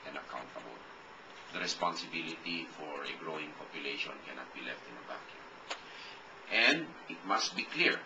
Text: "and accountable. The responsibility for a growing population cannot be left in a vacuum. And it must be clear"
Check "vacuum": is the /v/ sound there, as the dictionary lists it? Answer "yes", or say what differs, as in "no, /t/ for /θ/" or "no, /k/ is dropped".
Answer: no, /b/ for /v/